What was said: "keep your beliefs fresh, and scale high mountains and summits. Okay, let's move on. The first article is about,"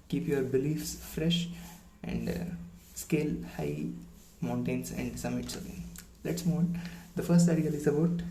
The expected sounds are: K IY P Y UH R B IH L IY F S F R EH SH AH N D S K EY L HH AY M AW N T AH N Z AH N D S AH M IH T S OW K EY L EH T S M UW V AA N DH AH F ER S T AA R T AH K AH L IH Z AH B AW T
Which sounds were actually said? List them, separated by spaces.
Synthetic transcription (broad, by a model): K IY P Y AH R B IH L IY F S F R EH SH AH N D S K EY L HH AY M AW N T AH N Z AH N D S AH M IH T S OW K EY L EH T S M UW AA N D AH F ER S T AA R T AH AH L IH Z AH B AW T